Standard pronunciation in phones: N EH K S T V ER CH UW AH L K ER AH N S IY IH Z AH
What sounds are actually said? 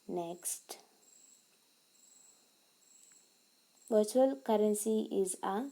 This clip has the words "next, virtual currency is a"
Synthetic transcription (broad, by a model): N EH K S T B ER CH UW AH L K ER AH N S IY IH Z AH